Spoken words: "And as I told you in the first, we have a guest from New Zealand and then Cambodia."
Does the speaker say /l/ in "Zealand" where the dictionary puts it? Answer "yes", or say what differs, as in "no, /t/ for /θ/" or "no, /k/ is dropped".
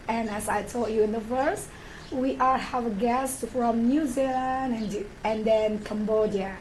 no, /n/ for /l/